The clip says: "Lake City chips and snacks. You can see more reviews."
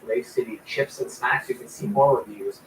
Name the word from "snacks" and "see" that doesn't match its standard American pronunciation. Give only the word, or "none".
snacks